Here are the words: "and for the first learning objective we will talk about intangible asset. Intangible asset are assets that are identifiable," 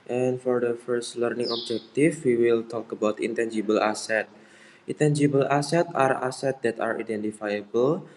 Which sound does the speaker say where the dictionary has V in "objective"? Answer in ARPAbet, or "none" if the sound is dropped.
F